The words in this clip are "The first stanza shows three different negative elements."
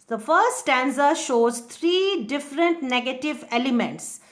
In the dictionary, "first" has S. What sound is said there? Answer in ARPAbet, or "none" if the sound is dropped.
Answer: S